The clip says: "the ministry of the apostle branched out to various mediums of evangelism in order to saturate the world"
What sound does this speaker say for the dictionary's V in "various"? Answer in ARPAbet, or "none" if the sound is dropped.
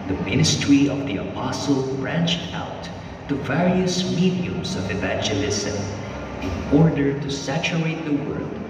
V